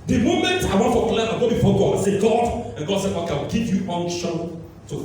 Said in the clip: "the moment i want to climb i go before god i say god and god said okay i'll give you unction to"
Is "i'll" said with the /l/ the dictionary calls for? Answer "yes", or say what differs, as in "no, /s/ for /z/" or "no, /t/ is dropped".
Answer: no, /w/ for /l/